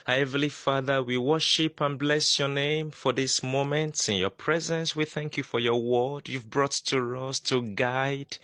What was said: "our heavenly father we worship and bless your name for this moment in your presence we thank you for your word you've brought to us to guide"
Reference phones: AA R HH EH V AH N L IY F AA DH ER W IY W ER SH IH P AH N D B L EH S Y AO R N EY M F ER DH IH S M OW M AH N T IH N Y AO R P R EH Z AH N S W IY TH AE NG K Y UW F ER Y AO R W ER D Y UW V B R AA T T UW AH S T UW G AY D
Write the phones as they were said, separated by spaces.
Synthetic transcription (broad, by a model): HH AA AH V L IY F AA DH ER W IY W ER SH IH P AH N B L EH S Y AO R N EY M F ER DH IH S M OW M AH N T IH N Y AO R P R EH Z AH N S W IY TH AE NG K Y UW F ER Y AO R W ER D Y UW V B R AA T T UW AH S T UW G AY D